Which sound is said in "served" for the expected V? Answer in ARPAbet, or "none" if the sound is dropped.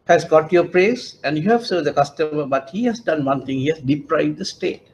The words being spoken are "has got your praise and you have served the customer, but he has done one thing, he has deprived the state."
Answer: none